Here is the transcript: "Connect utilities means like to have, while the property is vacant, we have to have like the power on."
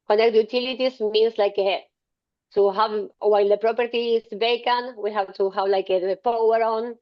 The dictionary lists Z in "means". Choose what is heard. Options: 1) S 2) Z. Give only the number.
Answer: 1